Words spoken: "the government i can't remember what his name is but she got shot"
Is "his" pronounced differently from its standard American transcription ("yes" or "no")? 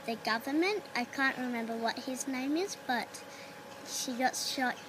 no